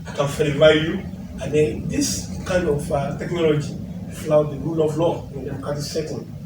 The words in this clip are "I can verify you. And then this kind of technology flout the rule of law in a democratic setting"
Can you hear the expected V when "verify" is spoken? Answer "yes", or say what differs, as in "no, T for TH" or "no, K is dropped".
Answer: no, F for V